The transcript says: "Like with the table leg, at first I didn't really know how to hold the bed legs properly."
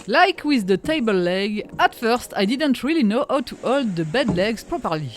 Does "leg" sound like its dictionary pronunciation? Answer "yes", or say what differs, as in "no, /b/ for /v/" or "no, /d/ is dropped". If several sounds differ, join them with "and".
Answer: yes